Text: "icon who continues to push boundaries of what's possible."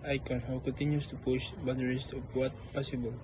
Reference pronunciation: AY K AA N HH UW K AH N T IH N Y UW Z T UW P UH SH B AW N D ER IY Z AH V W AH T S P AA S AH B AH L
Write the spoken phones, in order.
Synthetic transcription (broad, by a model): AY K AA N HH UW K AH N T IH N Y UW S T UW P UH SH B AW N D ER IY S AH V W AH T P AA S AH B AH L